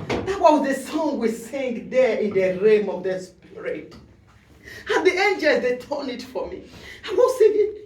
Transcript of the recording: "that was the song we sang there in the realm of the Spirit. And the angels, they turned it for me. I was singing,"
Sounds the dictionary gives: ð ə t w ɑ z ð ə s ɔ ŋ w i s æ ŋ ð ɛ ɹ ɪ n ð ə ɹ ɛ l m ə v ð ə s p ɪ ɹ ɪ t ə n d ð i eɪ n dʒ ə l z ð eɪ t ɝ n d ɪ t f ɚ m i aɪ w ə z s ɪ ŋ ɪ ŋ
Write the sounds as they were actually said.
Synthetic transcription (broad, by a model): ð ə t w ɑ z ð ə s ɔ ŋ w i s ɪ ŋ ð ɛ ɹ ɪ n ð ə ɹ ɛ m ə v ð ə s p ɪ ɹ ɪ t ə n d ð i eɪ n dʒ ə l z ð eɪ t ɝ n ɪ t f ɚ m i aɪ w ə s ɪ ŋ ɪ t